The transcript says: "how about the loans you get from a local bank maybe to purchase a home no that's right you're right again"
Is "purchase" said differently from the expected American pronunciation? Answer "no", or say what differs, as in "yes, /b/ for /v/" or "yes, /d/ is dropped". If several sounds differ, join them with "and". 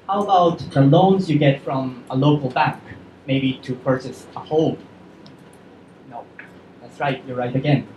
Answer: yes, /s/ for /tʃ/